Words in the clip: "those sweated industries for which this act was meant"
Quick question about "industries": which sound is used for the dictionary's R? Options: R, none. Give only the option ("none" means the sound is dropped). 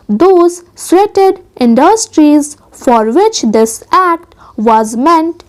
R